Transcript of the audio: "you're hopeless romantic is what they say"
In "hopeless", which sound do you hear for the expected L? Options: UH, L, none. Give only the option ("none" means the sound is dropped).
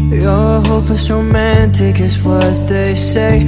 none